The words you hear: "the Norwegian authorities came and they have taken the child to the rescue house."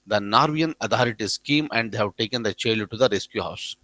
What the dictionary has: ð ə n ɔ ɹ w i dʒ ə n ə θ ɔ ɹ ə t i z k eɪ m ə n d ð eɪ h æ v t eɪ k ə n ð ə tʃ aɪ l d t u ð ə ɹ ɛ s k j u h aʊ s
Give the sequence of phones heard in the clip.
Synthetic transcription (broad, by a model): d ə n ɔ ɹ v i ə n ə t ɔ ɹ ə t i s k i m ə n d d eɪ h æ v t eɪ k ə n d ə tʃ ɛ l t u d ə ɹ ɛ s k j u h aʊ s